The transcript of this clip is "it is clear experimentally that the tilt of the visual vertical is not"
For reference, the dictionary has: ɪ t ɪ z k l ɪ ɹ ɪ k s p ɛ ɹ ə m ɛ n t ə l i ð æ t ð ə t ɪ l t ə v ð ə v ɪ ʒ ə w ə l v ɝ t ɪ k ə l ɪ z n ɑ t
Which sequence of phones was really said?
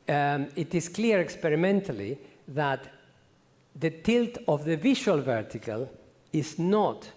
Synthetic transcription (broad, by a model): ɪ t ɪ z k l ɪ ɹ ɪ k s p ɛ ɹ ə m ɛ n t ə l i ð æ t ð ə t ɪ l t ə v ð ə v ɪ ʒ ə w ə l v ɝ t ɪ k ə l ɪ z n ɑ t